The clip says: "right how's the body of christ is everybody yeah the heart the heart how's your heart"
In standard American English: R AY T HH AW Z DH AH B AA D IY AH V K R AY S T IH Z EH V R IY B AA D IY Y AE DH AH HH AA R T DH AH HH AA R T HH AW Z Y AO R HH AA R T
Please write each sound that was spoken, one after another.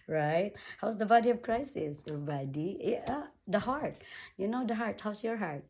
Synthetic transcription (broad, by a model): R AY T HH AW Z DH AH B AA D IY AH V K R AY S IH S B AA D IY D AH HH AA R T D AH HH AA R T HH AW S Y AO R HH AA R T